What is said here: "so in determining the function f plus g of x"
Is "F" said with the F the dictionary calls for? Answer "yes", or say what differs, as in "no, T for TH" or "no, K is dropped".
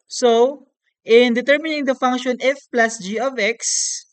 yes